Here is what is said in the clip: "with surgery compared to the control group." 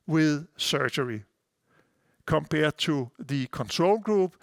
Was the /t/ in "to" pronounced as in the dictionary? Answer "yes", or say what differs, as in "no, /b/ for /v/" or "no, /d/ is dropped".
no, /s/ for /t/